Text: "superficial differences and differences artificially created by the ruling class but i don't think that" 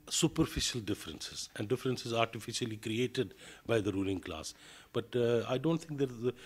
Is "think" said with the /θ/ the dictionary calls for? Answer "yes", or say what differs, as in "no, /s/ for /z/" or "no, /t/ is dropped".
no, /t/ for /θ/